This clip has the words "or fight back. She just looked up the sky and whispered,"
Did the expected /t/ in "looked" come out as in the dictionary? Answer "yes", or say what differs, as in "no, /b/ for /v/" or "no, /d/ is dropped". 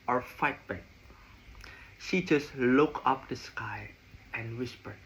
no, /t/ is dropped